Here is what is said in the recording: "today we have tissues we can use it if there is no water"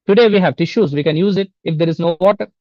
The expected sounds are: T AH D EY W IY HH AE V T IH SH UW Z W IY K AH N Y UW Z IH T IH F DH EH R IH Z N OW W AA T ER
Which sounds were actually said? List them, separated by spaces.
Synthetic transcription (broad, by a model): T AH D EY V IY HH AE V T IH SH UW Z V IY K AH N Y UW Z IH T IH F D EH R IH Z N OW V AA T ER